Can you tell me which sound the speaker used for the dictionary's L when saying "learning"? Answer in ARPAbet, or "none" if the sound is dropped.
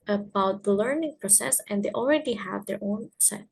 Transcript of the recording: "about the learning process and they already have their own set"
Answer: L